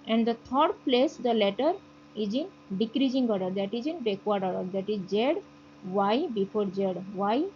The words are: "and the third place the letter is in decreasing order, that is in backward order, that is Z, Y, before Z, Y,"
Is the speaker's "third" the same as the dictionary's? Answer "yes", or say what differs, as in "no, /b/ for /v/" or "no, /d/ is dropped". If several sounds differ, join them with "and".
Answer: no, /t/ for /θ/